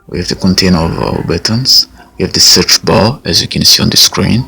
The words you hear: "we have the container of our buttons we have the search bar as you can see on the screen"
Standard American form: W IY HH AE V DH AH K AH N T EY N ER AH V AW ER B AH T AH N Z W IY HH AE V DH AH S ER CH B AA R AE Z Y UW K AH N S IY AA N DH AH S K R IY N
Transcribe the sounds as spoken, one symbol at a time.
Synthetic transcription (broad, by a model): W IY HH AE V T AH K AH N T EY N ER AH V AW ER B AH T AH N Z W IY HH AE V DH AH S ER CH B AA L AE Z Y UW K AH N S IY AA N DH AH S K R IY N